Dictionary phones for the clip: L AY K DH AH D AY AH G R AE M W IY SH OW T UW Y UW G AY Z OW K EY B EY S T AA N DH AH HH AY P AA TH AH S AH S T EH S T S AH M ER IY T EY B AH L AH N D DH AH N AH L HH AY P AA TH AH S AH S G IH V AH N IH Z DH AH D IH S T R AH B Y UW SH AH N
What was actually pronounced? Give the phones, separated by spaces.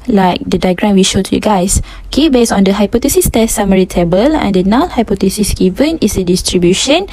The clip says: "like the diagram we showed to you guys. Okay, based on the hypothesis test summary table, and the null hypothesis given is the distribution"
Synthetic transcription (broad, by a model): L AY K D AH D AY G R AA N W IY SH OW T UW Y UW G AY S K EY B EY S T AA N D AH HH AY P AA T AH S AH S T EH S S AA M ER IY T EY B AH L AH N D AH N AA N HH AY P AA T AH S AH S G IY V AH N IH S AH D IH S T R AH B Y UW SH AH N